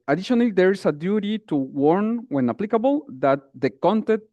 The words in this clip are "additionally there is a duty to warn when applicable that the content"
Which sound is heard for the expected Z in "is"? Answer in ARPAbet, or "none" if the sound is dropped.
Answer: S